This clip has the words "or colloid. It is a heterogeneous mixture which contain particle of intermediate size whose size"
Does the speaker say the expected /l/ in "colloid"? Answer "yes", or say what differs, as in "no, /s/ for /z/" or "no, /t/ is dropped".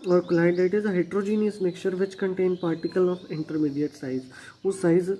no, /n/ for /l/